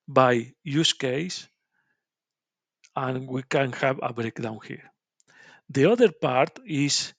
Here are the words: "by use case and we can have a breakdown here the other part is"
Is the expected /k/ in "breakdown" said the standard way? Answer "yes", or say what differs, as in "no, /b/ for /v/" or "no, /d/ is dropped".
yes